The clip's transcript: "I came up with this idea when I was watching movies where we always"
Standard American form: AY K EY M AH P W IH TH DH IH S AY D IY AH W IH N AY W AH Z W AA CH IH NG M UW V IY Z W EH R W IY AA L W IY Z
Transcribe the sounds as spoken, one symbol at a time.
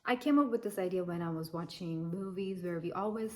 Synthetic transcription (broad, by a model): AY K EY M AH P W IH DH IH S AY D IY AH W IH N AY W AH Z W AA CH IH NG M UW V IY Z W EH R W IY AA L W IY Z